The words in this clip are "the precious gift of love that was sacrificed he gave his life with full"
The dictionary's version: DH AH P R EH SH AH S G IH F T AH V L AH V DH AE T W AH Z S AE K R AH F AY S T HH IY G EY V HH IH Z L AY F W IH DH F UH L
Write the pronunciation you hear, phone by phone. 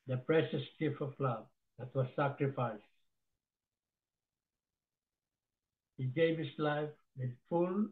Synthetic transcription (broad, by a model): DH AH P R EH SH AH S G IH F AH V L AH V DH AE T W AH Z S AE K R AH F AY S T HH IY G EY V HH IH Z L AY F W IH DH F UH L